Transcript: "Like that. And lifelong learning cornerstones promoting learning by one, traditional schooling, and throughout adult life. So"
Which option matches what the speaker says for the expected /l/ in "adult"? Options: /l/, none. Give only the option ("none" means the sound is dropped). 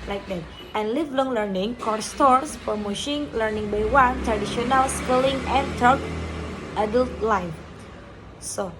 /l/